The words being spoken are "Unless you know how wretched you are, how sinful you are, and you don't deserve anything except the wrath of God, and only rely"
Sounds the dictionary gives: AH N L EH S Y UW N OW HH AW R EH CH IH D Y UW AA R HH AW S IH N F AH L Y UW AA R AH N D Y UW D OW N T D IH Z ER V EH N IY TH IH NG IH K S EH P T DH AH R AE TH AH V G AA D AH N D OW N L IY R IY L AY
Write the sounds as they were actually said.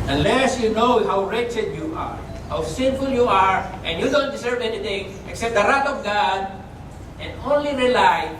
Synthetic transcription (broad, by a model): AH N L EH S Y UW N OW HH AW R EH CH IH D Y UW AA R HH AW S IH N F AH L Y UW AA R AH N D Y UW D OW N T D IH S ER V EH N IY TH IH NG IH K S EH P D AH R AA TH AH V G AA D AH N D OW N L IY R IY L AY